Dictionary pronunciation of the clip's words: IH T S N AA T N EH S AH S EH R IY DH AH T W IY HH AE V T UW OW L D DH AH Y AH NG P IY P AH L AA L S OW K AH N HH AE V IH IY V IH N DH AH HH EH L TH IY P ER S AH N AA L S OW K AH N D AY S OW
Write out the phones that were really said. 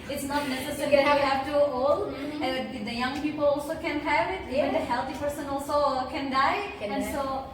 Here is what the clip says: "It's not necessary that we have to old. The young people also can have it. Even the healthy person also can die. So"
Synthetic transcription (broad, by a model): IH T S N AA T N EH S AH S EH R IY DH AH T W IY HH AE V T UW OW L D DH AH Y AH NG P IY P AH L AA L S OW K AH N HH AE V IH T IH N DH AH HH EH L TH IY P ER S AH N AA L S OW K AH N D AY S OW